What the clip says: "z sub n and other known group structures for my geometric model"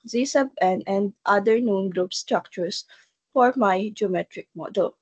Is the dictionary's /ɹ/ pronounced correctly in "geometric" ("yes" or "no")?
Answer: yes